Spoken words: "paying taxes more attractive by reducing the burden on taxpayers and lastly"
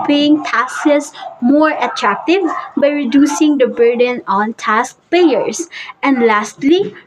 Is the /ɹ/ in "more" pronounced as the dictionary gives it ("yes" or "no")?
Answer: yes